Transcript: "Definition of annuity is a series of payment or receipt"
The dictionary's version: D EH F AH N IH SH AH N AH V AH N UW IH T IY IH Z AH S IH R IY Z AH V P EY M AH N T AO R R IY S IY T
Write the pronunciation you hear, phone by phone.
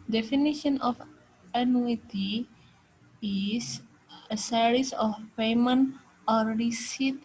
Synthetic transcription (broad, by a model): D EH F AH N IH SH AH N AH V AH N UW IH T IY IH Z AH S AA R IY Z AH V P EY M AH N AO R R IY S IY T